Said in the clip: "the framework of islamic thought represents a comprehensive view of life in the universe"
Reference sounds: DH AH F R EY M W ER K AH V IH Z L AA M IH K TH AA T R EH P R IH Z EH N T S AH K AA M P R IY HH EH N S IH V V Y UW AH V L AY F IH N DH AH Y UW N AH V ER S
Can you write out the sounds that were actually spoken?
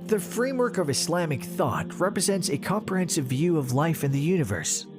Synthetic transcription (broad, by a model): DH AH F R EY M W ER K AH V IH S L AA M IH K TH AA T R EH P R IH Z EH N T S AH K AA M P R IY HH EH N S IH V V Y UW AH V L AY F IH N DH AH Y UW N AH V ER S